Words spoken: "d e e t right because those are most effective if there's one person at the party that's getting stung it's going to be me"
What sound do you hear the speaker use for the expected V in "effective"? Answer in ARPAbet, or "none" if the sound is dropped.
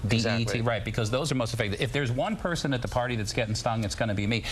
none